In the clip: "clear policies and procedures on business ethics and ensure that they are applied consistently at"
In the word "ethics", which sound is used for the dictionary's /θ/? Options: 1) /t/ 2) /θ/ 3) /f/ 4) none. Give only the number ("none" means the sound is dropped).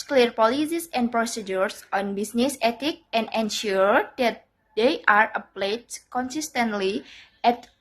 1